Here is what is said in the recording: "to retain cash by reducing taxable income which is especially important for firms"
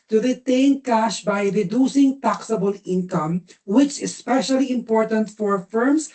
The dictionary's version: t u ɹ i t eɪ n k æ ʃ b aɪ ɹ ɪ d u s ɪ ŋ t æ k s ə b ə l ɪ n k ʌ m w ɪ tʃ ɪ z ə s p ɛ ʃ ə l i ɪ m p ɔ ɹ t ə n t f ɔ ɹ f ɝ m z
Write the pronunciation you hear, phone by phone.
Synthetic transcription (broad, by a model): t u ɹ i t eɪ n k æ ʃ b aɪ ɹ ɪ d u s ɪ ŋ t æ k s ə b ə l ɪ n k ʌ m w ɪ tʃ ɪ s p ɛ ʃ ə l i ɪ m p ɔ ɹ t ə n t f ɔ ɹ f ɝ m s